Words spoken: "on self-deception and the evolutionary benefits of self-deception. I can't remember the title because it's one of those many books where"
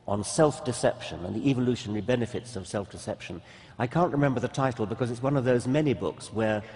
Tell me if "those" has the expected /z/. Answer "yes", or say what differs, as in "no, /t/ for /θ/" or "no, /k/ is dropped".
yes